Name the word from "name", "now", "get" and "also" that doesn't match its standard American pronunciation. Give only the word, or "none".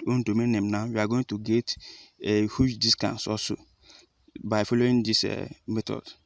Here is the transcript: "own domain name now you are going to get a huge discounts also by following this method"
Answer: also